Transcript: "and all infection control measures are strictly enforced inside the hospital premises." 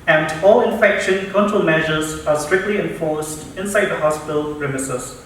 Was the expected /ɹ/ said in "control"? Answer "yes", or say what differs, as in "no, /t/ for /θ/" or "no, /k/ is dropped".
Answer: no, /ɹ/ is dropped